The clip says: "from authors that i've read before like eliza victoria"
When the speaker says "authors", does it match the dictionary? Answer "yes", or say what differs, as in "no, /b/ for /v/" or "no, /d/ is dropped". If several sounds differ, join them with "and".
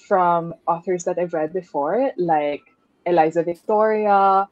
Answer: yes